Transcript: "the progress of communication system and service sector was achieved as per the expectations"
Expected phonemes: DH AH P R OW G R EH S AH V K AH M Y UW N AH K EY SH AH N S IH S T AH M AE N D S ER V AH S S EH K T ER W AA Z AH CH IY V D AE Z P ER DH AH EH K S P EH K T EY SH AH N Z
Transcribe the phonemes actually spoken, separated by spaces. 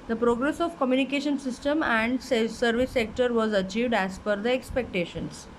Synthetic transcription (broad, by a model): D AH P R OW G R EH S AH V K AH M Y UW N AH K EY SH AH N S IH S T AH M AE N D S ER V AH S S EH K T ER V AA Z AH CH IY V D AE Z F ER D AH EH K S P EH K T EY SH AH N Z